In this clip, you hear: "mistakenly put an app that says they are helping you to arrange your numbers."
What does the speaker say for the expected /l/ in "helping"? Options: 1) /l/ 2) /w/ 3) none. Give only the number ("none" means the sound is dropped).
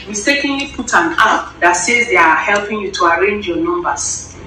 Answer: 1